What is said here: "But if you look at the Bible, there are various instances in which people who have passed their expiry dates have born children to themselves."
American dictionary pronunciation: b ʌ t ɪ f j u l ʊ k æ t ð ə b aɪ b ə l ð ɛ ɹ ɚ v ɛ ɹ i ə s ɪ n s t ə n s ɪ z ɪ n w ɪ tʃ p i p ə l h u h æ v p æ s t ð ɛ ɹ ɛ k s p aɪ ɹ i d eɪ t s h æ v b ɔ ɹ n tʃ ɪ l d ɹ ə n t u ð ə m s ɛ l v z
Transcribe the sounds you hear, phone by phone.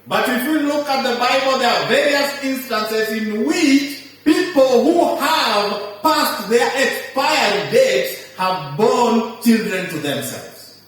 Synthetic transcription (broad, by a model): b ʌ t ɪ f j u l ʊ k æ t ð ə b aɪ b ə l ð ɛ ɹ v ɛ ɹ i ə s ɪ n s t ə n s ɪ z ɪ n w ɪ tʃ p i p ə l h u h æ v p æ s t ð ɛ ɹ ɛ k s p aɪ i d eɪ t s h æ v b ɔ n tʃ ɪ l d ɹ ə n t u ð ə m s ɛ l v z